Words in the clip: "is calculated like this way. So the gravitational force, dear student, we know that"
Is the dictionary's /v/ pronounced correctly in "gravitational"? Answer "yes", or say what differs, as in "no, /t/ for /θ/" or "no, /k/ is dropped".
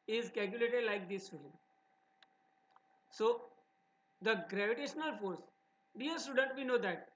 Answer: yes